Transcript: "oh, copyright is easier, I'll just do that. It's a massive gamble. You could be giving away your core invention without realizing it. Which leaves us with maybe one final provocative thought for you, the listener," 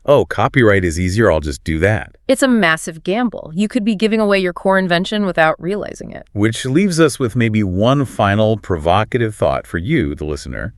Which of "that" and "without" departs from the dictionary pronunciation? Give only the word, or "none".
none